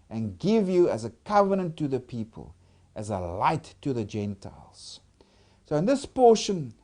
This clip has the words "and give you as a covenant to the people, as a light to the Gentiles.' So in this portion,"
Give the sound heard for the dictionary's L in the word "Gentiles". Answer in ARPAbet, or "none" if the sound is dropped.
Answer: L